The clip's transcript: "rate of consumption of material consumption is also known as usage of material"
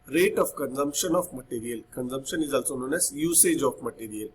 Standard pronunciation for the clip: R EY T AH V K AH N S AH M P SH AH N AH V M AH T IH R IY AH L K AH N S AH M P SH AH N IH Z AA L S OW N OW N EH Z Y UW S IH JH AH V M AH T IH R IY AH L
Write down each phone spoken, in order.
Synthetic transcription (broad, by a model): R EY T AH F K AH N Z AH M P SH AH N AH F M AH T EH R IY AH L K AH N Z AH M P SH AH N IH Z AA L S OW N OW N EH S Y UW S IH JH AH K M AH T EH R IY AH L